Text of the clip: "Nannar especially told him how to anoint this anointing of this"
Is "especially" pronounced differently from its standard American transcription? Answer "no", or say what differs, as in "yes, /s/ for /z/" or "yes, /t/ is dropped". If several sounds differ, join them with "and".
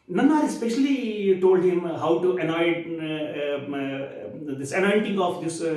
no